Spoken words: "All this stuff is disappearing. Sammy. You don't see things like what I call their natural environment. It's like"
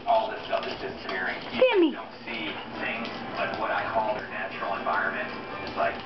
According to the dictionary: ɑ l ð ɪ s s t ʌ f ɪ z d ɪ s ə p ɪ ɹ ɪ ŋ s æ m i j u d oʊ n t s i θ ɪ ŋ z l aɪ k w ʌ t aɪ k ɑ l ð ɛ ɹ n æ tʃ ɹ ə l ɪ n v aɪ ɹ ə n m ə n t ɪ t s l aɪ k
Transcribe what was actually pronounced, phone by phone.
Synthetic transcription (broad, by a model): ɑ l ð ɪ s s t ʌ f ɪ z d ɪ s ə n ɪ ɹ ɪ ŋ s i i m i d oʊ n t s i θ ɪ ŋ z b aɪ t w ʌ t aɪ k ɑ l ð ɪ n æ tʃ ɹ l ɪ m v aɪ ɹ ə n m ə n t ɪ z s l aɪ k